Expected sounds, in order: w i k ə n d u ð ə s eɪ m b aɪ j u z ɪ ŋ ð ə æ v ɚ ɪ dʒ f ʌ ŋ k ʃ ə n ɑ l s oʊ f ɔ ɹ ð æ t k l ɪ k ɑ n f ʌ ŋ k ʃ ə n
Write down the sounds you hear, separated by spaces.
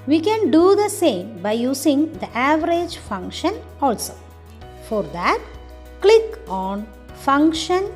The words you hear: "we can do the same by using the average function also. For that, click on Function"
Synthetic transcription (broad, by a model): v i k ə n d u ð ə s eɪ m b aɪ j u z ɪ ŋ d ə æ v ɚ ɪ dʒ f ʌ ŋ k ʃ ə n ɑ l s oʊ f ɔ ɹ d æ t k l ɪ k ɑ n f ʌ ŋ k ʃ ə n